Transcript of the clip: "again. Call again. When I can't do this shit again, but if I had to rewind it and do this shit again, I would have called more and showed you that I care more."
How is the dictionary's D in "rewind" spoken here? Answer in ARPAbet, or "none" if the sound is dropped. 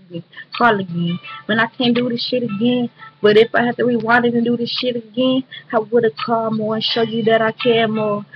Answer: none